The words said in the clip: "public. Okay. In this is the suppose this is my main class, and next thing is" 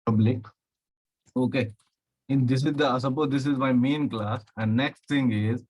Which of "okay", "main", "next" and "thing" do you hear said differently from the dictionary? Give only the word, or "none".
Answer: thing